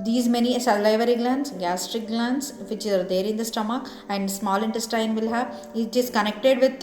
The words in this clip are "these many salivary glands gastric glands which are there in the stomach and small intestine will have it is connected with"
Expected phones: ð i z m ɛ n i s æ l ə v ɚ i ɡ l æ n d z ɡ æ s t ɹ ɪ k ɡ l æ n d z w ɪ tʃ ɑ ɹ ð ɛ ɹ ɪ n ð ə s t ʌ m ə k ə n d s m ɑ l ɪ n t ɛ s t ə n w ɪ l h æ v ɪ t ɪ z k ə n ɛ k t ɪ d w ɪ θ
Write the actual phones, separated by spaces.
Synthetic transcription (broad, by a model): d i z m ɛ n i s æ l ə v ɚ i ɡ l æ n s ɡ æ s t ɹ ɪ k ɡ l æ n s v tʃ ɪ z ɑ ɹ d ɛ ɹ ɪ n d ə s t ʌ m ə k ə n d s m ɑ l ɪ n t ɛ s t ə n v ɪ l h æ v ɪ t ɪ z k ə n ɛ k t ɪ d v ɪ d